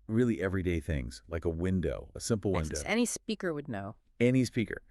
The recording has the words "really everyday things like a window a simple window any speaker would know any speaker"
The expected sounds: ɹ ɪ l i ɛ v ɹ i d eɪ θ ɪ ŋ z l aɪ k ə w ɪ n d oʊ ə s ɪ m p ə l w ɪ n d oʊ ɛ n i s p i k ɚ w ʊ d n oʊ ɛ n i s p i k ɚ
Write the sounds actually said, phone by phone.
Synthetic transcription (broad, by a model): ɹ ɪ l i ɛ v ɹ i d eɪ θ ɪ ŋ z l aɪ k ə w ɪ n d oʊ ə s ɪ m p l w ɪ n d oʊ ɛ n i s p i k ɚ w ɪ d n oʊ ɛ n i s p i k ɚ